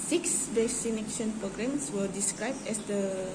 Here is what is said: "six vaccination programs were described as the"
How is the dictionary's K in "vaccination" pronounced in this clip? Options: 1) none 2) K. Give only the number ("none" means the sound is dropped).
1